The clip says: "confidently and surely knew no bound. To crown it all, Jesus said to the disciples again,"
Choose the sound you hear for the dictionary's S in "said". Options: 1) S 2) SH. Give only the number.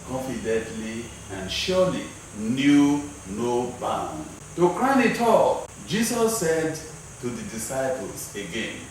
1